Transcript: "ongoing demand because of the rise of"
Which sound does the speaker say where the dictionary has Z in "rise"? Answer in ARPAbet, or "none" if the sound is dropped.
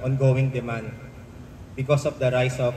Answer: S